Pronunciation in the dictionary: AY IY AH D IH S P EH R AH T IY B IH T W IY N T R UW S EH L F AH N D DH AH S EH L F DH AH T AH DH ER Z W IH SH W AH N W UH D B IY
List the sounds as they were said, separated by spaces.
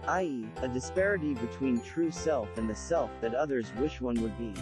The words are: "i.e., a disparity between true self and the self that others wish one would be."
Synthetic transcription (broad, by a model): AY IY AH D IH S P EH R AH T IY B IH T W IY N T R UW S EH L F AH N DH AH S EH L F DH AH T AH DH ER Z W IH SH W AH N W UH D B IY